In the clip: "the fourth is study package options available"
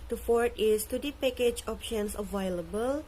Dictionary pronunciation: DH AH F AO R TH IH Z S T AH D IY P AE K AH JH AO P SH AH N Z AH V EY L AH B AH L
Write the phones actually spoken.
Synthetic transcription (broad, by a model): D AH F AO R T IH S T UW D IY P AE K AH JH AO P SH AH N S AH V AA L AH B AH L